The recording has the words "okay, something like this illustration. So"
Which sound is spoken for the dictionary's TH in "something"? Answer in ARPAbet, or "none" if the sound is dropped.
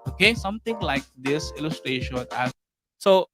T